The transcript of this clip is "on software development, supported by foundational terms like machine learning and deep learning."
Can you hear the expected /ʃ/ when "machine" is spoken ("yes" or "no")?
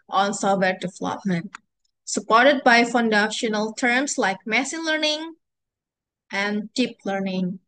no